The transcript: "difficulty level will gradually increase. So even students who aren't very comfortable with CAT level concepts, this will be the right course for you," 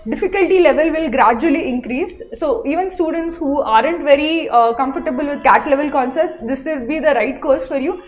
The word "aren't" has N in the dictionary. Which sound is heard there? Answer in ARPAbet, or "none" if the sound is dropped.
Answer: N